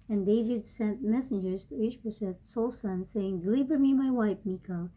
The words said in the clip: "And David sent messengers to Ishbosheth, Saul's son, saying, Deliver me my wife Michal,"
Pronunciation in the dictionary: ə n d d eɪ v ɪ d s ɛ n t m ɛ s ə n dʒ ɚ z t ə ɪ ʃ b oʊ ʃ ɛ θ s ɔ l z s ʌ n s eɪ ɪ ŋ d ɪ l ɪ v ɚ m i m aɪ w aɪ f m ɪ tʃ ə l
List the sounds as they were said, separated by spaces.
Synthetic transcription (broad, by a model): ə n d d eɪ v ɪ d s ɛ n t m ɛ s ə n dʒ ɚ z t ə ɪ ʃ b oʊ s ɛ t s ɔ l s ʌ n s eɪ ɪ ŋ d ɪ l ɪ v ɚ m i m aɪ w aɪ p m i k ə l